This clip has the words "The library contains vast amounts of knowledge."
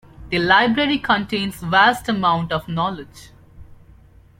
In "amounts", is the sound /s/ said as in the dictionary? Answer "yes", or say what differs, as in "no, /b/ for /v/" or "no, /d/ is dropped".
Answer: no, /s/ is dropped